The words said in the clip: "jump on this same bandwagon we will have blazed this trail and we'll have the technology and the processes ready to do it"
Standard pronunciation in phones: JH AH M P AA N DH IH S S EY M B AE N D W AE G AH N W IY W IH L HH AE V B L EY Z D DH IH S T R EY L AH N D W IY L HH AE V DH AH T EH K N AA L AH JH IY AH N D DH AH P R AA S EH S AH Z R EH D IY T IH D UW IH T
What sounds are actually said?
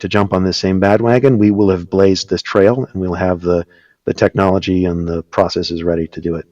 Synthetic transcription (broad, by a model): JH AH M P N DH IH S S EY M B AE D W AE G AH N W IY W IH L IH V B L EY Z DH IH S T R EY L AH N W IY L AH V DH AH T EH K N AA L AH JH IY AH N DH AH P R AA S EH S AH Z R EH D IY T IH D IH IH T